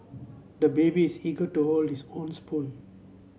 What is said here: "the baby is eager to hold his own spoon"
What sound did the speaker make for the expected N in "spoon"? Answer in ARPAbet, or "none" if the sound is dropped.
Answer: L